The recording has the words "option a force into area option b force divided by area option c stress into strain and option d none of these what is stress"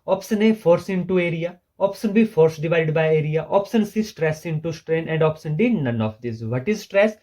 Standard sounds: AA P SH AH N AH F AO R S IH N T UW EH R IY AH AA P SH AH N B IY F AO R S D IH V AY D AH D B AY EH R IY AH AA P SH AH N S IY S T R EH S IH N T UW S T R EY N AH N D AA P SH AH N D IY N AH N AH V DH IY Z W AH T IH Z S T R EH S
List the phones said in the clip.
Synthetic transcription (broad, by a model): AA P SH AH N AH F AO R S IH N T UW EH R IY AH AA P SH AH N B IY F AO R S D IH V AY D D B AY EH R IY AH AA P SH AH N S IY S T R EH S IH N T UW S T R EY N AH N D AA P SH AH N D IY N AH N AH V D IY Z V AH T IH Z S T R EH S